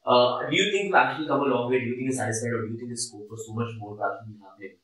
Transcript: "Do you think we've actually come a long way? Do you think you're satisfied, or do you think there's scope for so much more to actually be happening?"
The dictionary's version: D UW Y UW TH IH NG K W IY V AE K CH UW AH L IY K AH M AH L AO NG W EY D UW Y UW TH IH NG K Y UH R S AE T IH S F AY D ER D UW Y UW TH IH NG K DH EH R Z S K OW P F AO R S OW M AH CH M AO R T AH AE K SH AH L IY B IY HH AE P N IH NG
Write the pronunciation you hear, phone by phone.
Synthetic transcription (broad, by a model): D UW Y UW T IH NG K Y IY AE K CH UW AH L IY K AH M AH L AO NG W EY D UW Y UW T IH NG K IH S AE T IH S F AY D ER D UW Y UW T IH NG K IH S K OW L F AO R S OW M AH CH M AO R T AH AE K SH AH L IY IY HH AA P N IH